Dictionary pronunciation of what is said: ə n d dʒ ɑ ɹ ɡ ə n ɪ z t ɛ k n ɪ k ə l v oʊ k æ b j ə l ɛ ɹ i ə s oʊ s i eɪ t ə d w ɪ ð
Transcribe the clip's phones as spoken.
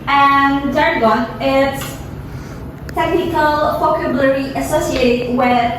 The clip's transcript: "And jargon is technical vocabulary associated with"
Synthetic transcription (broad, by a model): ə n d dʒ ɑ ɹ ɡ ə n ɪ s t ɛ k n ɪ k ə l f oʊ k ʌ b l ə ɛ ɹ i ə s oʊ s i eɪ t ə d w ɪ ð